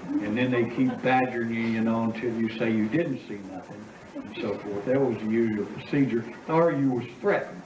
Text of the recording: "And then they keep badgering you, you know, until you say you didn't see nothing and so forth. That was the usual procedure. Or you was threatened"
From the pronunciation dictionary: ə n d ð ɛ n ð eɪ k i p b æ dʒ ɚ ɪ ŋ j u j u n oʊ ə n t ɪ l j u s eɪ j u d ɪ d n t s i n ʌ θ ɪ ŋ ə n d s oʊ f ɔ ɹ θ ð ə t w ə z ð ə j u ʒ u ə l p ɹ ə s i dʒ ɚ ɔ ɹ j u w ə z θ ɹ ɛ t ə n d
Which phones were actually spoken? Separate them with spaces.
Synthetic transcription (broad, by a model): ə n ð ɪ n ð eɪ k i p b æ dʒ ɚ ɪ ŋ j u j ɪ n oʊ ə n t ɪ l j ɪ s eɪ j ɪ d ɪ d n t s i n ʌ θ ɪ ŋ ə n s oʊ f ɔ ɹ θ ð ə t w ə z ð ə j u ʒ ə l p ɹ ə s i dʒ ɚ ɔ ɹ j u w ə z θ ɹ ɛ t n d